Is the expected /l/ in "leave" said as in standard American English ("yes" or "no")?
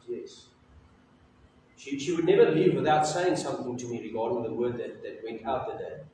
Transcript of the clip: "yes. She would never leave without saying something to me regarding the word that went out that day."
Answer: yes